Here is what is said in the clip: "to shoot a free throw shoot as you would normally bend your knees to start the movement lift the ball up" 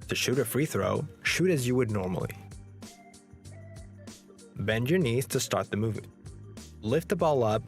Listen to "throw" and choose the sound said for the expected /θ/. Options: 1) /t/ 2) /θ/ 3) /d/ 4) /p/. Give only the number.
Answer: 2